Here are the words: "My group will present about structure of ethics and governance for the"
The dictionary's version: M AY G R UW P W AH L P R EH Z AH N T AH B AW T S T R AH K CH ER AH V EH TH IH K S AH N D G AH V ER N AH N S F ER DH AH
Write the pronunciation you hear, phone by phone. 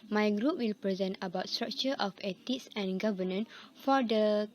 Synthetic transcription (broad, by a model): M AY G R UW P W AH L P R EH Z AH N T AH B AW T S T R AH K CH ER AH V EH T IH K S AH N G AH V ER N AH N F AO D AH